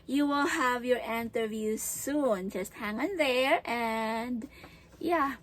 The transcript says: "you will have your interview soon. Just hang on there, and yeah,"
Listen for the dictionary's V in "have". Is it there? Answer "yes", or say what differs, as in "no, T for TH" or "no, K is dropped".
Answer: yes